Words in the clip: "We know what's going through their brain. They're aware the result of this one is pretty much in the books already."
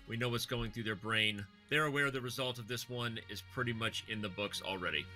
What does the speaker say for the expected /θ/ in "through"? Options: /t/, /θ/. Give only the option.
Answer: /θ/